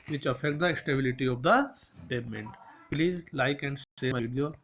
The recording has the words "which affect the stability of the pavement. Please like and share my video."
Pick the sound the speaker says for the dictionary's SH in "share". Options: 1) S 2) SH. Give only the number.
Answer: 1